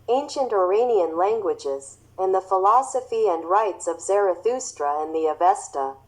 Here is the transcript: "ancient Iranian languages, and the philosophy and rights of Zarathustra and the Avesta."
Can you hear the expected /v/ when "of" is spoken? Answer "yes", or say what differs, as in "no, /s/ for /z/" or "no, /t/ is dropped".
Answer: yes